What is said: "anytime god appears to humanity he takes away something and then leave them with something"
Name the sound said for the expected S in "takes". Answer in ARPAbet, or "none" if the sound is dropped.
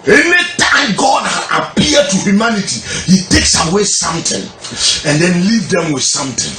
S